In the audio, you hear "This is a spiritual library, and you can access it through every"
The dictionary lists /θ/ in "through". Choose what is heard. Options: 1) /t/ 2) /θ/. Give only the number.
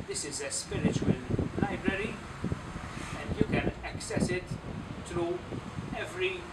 1